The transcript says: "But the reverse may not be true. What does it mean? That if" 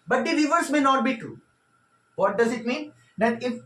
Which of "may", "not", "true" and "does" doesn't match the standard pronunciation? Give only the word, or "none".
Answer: true